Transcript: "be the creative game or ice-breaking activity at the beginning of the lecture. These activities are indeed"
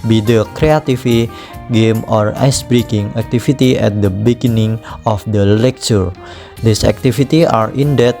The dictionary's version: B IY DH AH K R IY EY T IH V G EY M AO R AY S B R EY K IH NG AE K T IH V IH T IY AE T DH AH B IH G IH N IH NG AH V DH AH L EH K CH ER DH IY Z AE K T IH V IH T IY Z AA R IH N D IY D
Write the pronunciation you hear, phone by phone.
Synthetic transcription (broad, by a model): B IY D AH K R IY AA T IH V G EY M AO R AY S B R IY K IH NG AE K T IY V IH T IY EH T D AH B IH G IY N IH NG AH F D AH L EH K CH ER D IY S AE K T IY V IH T IY AA R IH N D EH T